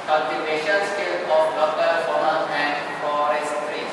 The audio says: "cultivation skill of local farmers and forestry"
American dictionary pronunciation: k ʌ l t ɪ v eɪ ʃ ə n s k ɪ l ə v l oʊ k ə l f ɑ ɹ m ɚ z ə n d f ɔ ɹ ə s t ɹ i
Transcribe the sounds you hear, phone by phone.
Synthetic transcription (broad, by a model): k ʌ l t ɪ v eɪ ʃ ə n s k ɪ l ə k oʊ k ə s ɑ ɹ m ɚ ə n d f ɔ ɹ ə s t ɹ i